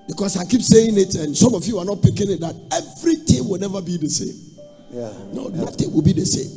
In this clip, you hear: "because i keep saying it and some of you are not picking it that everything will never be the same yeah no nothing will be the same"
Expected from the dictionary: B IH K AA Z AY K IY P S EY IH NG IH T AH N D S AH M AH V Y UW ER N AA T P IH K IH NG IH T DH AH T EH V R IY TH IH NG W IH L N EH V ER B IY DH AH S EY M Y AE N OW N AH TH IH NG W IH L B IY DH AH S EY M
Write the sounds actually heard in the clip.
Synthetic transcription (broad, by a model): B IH K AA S AY K IY P S EY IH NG IH T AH N S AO M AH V Y UW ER N AA T P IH K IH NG IH T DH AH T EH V R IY T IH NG W IH L N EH V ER B IY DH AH S EY M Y N OW N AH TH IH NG W IH L B IY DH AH S EY M